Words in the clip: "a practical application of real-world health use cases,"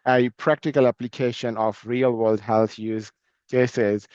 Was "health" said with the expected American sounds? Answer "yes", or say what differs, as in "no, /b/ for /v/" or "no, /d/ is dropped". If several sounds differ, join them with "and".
no, /t/ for /θ/